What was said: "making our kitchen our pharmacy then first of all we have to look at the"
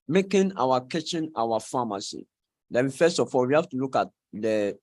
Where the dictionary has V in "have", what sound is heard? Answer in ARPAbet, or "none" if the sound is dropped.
F